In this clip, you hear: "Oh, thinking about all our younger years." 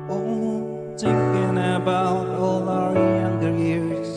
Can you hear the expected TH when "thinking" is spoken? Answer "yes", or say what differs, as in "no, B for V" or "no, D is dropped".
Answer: no, T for TH